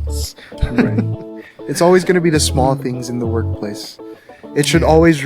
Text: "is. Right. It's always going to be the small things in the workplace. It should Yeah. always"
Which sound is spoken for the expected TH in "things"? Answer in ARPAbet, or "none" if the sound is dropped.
TH